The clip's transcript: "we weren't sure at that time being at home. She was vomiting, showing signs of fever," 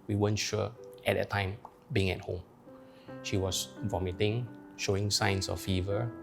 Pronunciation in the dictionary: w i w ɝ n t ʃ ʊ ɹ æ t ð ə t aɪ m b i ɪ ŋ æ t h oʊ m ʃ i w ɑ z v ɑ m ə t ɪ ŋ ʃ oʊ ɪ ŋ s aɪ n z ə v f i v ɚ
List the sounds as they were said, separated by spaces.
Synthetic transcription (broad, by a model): w i w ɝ n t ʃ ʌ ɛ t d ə t aɪ m b i ɪ ŋ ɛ t h oʊ m ʃ i w ɑ s v ɑ m ə t ɪ ŋ ʃ oʊ ɪ ŋ s aɪ n s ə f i v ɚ